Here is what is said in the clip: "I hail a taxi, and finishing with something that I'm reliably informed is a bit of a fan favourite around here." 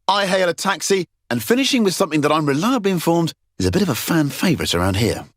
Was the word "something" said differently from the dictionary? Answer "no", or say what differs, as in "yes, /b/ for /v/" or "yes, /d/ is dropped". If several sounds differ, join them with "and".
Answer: no